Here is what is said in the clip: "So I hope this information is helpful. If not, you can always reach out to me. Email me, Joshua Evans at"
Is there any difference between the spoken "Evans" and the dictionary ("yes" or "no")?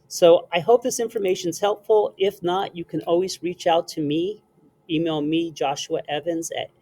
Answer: no